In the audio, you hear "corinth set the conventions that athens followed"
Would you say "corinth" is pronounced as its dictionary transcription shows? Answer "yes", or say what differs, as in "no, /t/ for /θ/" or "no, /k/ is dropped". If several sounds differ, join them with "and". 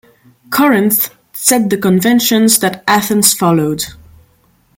yes